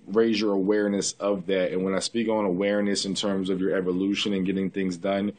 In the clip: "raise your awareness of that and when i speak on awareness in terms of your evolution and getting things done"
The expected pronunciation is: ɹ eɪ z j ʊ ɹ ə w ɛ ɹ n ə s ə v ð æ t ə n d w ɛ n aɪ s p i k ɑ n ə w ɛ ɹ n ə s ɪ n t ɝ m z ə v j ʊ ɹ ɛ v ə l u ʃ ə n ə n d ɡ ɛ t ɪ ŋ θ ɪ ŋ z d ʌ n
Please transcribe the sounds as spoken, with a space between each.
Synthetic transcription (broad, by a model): ɹ eɪ z j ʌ ɹ ə w ɛ ɹ n ə s ə v ð æ t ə n w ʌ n aɪ s p i k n ə w ɛ ɹ n ə s ɪ n t ɝ m z ə v j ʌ ɹ ɛ v ə l u ʃ ə n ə n ɡ ɛ t ɪ ŋ θ ɪ ŋ z d ʌ n